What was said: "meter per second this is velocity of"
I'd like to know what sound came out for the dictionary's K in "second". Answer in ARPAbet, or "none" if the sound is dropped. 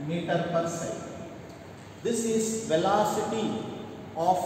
none